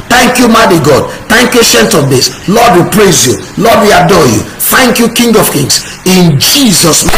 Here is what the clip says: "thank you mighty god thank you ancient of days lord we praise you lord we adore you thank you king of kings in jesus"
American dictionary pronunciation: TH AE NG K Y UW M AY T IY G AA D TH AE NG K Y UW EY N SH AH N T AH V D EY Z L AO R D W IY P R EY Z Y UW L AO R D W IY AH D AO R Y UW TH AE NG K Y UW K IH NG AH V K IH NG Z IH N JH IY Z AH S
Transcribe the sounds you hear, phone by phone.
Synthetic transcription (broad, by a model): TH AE NG K Y UW M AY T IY G AA D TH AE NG K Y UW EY SH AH N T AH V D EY S L AO D W IY P R EY Z Y UW L AO D W IY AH D AO Y UW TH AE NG K Y UW K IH NG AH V K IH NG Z IH N JH IY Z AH S